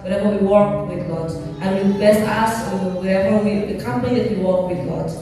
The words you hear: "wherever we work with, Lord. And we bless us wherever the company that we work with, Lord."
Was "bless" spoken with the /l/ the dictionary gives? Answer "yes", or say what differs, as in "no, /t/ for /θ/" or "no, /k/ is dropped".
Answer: no, /l/ is dropped